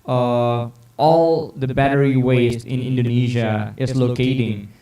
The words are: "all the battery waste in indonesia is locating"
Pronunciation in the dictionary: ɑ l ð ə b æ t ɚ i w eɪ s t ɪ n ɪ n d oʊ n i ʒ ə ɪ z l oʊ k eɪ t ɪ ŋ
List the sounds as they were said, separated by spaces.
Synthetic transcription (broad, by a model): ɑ l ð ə b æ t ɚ i w eɪ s ɪ n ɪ n d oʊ n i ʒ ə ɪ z l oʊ k eɪ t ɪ ŋ